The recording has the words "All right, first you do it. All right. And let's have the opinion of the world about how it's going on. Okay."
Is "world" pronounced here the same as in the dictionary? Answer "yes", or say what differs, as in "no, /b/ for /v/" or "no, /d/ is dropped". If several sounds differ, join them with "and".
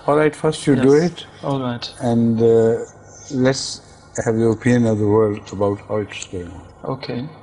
yes